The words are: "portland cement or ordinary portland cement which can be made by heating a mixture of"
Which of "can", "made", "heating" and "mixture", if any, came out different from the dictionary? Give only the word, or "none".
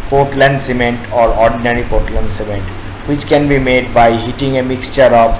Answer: none